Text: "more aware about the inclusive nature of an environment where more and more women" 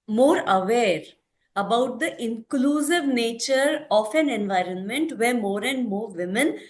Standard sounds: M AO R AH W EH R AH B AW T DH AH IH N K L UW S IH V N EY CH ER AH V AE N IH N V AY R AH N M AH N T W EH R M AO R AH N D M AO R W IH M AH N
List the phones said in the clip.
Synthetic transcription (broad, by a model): M AO R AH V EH R AH B AW T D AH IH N K L UW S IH V N EY CH ER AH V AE N IH N V AY R AH N M AH N T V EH R M AO R AH N D M AO R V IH M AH N